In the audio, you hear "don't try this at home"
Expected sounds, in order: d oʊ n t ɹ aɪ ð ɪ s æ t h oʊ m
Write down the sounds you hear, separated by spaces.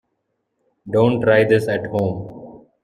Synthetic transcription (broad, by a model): d oʊ n t ɹ aɪ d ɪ s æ t h oʊ m